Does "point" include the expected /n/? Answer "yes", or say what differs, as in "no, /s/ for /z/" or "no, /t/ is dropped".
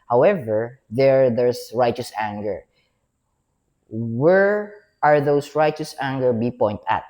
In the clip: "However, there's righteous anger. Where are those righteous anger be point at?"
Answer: yes